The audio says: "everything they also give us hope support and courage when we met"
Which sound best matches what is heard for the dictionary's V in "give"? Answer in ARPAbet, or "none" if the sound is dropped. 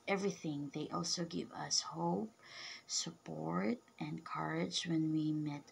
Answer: V